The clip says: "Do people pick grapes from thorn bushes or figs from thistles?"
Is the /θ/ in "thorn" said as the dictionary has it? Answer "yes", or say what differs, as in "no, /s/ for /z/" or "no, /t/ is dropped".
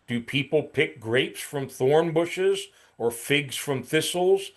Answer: yes